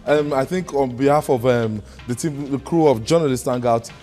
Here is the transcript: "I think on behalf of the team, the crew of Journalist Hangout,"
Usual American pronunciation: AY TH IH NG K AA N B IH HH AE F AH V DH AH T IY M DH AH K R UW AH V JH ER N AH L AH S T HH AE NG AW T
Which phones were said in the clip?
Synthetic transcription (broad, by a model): AY TH IH NG K AA N B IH HH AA F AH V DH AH T IY M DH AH K R UW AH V JH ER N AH L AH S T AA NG AW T